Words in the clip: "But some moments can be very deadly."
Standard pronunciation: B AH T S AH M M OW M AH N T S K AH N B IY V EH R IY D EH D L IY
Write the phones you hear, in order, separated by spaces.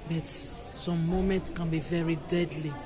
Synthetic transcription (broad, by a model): B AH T S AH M M OW M AH N T S K AH N B IY V EH R IY D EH D L IY